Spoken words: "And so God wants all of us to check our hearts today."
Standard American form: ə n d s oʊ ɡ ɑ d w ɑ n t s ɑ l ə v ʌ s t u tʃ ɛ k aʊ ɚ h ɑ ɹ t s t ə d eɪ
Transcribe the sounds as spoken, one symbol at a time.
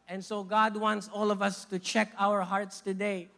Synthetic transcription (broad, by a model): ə n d s oʊ ɡ ɑ d w ɑ n t s ɑ l ə v ʌ s t u tʃ ɛ k aʊ ɚ h ɑ ɹ t s t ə d eɪ